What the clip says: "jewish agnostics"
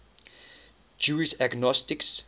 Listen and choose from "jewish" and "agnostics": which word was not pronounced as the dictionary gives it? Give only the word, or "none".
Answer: jewish